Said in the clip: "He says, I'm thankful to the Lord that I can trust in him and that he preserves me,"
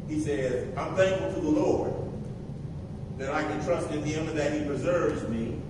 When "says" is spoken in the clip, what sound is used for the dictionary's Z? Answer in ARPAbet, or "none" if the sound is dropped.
Z